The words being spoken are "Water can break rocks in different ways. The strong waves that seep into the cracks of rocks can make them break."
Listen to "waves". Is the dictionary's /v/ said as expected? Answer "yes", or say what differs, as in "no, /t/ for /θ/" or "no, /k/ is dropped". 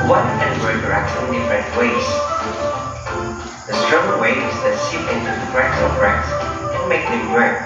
no, /v/ is dropped